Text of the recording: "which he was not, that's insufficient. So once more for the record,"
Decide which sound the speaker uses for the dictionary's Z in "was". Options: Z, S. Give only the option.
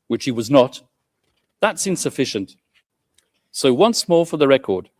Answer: Z